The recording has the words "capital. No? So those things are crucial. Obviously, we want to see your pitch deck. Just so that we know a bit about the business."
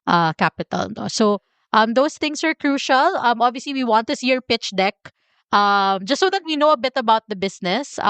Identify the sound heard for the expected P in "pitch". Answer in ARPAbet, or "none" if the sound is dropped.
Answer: P